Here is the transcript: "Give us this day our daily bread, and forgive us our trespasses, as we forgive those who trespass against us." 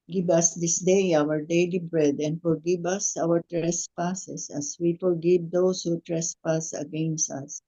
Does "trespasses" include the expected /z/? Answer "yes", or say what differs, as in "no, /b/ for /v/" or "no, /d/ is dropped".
no, /s/ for /z/